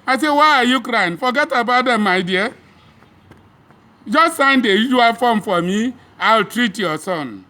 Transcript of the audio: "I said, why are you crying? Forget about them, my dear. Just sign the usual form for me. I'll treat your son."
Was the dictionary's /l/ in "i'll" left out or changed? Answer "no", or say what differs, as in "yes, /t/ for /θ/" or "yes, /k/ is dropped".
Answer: no